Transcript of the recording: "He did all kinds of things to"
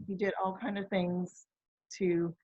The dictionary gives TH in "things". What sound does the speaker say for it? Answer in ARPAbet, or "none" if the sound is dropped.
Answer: TH